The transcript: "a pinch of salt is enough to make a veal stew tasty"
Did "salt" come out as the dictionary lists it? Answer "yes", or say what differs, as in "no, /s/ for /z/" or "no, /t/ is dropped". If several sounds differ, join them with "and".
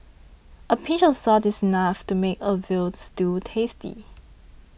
no, /l/ is dropped